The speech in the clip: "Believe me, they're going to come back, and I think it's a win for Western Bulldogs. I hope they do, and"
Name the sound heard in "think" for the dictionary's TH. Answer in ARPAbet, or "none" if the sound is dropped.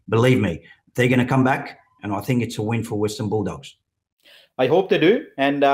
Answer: TH